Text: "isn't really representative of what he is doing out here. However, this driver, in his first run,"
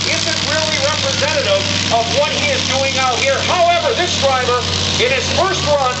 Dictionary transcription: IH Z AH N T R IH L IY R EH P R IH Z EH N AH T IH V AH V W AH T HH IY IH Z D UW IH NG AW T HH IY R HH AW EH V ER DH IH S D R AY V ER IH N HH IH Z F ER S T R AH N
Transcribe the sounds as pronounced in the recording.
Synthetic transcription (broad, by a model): IH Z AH N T R IH L IY R EH P R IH Z EH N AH T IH V AH V W AH T HH IY IH Z D UW IH NG AW T HH IY R HH AW EH V ER DH IH S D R AY B ER IH N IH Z F ER S T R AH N